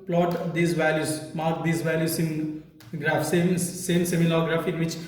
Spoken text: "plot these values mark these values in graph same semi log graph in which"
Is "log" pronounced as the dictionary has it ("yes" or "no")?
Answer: no